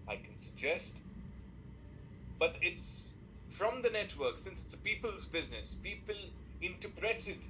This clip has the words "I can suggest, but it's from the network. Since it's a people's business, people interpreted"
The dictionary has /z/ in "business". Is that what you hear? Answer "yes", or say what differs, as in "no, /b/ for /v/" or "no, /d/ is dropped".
yes